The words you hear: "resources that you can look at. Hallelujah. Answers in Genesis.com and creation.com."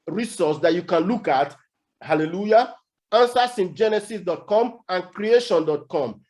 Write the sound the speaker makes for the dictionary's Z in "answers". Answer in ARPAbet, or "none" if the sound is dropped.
S